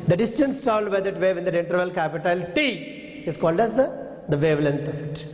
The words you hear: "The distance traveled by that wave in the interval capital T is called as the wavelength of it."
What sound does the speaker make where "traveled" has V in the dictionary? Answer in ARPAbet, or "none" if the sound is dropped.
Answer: none